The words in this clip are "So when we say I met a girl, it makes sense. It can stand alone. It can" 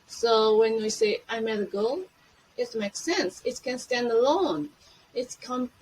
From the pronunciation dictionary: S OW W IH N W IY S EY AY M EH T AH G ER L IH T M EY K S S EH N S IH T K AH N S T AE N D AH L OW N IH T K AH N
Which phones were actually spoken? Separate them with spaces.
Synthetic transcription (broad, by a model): S OW W IH N W IY S EY AY M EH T AH G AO L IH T M EY K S S EH N S IH T K AH N S T AE N D AH L OW N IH T K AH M